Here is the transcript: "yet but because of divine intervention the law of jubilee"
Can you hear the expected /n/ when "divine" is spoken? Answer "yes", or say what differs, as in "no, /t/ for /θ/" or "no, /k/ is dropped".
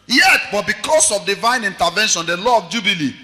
yes